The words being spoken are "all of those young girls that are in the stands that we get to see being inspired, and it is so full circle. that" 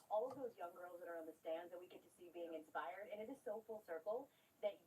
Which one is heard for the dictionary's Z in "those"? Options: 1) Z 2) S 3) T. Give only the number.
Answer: 1